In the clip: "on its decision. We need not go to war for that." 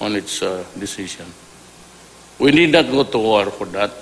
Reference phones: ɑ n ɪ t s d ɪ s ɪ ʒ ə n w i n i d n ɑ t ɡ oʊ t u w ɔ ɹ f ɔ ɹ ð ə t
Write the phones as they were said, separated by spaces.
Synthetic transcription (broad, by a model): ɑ n ɪ t s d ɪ s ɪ s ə n w i n i d n ɑ t ɡ oʊ t u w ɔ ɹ f ɔ ɹ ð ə t